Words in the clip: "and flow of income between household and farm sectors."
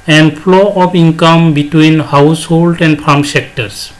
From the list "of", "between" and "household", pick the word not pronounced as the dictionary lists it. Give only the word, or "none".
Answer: of